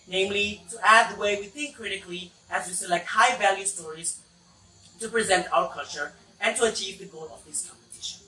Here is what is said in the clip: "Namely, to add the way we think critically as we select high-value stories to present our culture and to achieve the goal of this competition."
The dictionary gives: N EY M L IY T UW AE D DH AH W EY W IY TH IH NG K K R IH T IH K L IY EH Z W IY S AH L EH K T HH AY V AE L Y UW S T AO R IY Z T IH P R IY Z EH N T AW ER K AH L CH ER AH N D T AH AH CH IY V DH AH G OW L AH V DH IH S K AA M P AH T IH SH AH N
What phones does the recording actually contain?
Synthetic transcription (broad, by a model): N EY M L IY T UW AE D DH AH W EY W IY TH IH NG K K R IH T IH K L IY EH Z W IY S AH L EH K T HH AY V AE L Y UW S T AO R IY Z T IH P R IY Z EH N T AW ER K AH L CH ER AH N T AH AH CH IY V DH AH G OW L AH V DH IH S K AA M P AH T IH SH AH N